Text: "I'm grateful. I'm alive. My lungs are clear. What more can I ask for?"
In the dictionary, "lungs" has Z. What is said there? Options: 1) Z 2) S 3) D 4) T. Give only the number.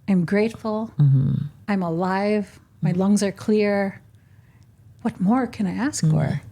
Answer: 1